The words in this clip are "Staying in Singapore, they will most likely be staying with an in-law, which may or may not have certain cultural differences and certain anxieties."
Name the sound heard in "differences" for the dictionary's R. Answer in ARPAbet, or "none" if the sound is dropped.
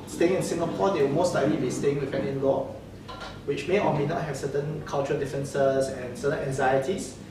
none